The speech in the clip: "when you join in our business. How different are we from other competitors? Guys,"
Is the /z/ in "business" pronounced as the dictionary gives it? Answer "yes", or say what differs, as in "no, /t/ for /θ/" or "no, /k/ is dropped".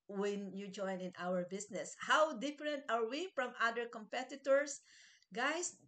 no, /s/ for /z/